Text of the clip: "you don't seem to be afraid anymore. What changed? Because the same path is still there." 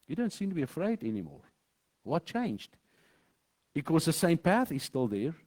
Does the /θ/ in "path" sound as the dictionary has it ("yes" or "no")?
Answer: yes